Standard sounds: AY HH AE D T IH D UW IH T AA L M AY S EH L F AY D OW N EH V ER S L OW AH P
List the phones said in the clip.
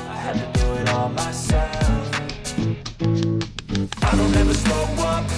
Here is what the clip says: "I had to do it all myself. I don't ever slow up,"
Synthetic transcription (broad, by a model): AY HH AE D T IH D UW IH T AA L M AY S EH L F AY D OW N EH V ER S OW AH